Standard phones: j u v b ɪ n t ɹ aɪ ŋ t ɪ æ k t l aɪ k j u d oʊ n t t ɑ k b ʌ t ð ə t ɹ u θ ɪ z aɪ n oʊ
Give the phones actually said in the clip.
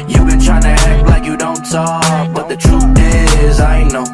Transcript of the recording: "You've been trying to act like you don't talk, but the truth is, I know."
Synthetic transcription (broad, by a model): j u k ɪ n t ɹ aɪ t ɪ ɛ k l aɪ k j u d oʊ n t s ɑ b ʌ t ð ə t ɹ u θ ɪ z aɪ n oʊ